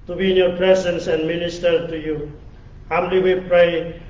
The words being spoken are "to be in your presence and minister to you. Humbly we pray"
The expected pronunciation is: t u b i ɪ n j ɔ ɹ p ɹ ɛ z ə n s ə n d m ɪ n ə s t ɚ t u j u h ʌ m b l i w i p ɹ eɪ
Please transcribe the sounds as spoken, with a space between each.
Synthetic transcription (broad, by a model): t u b i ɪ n j ɔ ɹ p ɹ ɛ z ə n s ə n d m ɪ n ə s t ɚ t u j u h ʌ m l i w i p ɹ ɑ